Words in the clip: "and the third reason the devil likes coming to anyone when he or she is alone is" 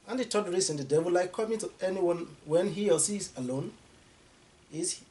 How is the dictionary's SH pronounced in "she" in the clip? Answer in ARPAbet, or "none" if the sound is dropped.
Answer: S